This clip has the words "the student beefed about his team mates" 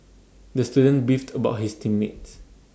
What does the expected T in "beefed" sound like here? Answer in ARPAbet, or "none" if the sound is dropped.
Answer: T